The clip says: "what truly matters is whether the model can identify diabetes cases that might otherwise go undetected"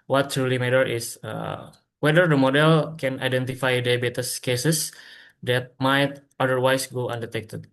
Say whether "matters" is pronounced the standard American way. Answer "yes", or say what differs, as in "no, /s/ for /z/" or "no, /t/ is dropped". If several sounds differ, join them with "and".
no, /z/ is dropped